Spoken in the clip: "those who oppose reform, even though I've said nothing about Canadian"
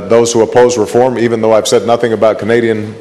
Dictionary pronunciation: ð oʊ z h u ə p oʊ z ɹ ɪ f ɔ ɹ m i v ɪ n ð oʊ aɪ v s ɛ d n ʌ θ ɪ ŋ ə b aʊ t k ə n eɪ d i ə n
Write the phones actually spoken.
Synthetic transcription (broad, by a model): ð oʊ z h u ə p oʊ z ɹ ɪ f ɔ ɹ m i v ɪ n ð oʊ aɪ v s ɛ d n ʌ θ ɪ ŋ ə b aʊ t k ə n eɪ d i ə n